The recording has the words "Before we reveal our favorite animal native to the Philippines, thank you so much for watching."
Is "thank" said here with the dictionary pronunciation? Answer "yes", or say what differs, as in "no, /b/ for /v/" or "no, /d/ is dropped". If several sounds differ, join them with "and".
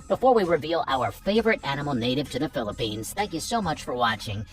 yes